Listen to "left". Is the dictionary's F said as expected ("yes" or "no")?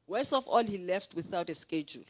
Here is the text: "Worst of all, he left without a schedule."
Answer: yes